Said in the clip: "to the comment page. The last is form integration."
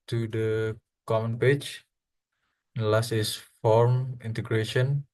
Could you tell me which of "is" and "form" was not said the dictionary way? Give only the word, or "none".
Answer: is